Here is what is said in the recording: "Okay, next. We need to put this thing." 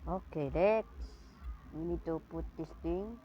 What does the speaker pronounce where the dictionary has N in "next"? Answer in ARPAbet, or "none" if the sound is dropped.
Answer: L